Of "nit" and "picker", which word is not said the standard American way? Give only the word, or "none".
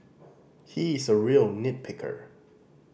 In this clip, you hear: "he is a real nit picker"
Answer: none